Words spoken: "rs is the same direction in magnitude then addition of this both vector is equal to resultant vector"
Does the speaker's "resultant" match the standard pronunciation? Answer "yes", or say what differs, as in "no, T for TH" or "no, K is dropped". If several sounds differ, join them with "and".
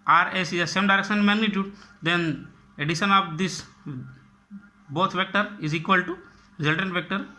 yes